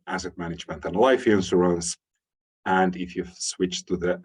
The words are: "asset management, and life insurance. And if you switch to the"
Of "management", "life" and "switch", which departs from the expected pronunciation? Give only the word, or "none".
none